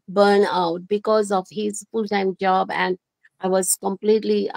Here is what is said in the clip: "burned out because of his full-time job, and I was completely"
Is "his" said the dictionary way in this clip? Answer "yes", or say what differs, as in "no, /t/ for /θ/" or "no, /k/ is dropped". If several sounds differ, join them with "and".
yes